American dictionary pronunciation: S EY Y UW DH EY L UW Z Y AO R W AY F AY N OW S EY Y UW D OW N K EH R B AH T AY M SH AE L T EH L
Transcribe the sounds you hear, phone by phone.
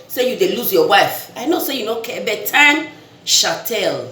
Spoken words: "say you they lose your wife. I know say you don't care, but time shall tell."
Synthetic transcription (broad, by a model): S EY Y UW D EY L UW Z Y AO W AY F AY N OW S EY Y UW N OW K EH B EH T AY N SH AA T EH L